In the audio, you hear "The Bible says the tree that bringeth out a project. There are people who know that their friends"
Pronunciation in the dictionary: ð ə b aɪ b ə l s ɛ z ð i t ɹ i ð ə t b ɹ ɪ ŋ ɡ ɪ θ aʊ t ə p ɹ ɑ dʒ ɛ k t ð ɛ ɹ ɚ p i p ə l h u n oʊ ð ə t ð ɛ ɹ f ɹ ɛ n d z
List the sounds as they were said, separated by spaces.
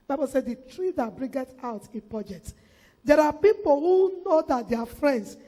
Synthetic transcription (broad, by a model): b aɪ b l s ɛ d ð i t ɹ i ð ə t b ɹ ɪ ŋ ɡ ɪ t aʊ t ə p ɹ ɑ dʒ ɛ k t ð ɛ ɹ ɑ p i p ə l h u n oʊ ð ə t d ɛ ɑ f ɹ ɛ n d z